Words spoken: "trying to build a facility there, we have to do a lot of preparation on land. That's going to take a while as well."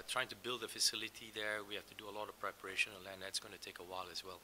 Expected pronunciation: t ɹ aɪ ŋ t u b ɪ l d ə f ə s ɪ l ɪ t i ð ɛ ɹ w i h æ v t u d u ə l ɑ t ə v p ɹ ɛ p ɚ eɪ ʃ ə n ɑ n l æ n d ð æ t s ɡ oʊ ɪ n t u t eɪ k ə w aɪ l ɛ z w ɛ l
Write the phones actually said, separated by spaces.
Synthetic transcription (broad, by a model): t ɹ aɪ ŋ t u b ɪ l d ə f ə s ɪ l ɪ t i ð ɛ ɹ w i h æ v t u d u ə l ɑ t ə v p ɹ ɛ p ɚ eɪ ʃ ə n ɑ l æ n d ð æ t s ɡ oʊ ɪ n t u t eɪ k ə w aɪ l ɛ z w ɛ l